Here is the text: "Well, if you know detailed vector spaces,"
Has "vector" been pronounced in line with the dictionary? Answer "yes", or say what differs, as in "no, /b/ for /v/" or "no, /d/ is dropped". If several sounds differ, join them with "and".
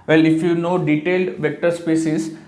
yes